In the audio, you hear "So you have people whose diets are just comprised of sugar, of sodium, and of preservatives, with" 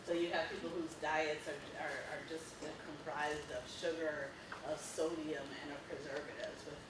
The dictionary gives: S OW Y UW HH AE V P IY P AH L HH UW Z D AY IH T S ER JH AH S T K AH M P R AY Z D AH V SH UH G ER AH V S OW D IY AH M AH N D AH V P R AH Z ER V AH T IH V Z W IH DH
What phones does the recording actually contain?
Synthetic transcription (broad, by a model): S OW Y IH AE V P IY P L HH UW Z D AY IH T S ER JH AH S T K AH M P R AY Z D AH V SH UH G ER AH V S OW D IY AH M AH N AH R P R AH Z ER V AH T IH V Z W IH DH